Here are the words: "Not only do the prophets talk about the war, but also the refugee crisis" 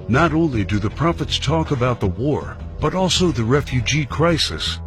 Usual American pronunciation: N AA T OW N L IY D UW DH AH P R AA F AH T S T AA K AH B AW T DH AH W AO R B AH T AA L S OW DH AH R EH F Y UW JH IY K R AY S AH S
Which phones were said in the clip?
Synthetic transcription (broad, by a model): N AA T OW N L IY D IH DH AH P R AA F AH T S T AA K AH B AW T DH AH W AO R B AH T AA L S OW DH AH R EH F Y UW JH IY K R AY S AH S